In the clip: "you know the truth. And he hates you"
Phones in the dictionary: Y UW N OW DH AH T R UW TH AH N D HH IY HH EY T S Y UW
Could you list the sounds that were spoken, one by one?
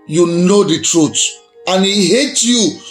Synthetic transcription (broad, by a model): Y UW N OW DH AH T R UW T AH N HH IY HH EY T Y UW